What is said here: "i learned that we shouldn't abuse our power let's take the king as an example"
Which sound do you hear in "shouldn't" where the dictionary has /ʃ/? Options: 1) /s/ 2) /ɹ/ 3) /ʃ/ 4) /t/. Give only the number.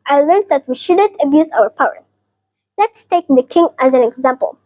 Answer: 3